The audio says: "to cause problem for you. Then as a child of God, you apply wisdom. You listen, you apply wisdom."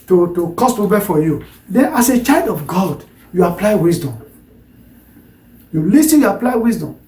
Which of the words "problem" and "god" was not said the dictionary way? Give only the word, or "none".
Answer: problem